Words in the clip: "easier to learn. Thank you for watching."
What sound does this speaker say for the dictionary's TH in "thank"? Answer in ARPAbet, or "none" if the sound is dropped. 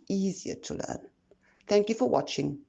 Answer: TH